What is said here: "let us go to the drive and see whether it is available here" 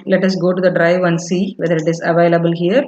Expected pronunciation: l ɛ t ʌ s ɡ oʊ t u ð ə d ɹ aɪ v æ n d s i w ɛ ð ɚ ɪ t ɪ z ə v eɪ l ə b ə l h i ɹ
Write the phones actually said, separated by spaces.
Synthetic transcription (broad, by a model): l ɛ t ʌ s ɡ oʊ t u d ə d ɹ aɪ v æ n d s i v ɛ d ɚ ɪ t ɪ z ə v eɪ l ə b ə l h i ɹ